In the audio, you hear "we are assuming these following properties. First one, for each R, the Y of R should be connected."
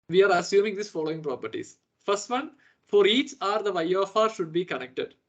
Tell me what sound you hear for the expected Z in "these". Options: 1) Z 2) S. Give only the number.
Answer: 2